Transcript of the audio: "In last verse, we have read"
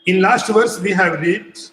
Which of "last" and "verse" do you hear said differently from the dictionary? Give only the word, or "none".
none